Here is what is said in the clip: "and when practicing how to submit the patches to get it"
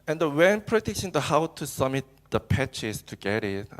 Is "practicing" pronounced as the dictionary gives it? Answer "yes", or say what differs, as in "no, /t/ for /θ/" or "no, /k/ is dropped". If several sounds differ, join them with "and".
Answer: no, /k/ is dropped